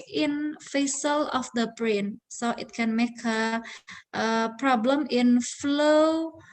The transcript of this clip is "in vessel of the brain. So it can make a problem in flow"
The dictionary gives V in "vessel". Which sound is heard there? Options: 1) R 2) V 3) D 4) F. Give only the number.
4